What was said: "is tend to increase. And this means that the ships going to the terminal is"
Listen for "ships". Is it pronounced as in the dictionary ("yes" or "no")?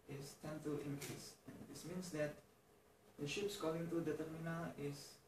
yes